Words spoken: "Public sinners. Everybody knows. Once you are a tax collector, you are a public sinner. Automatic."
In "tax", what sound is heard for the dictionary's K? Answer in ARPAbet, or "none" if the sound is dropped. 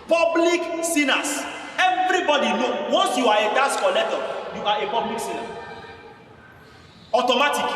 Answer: none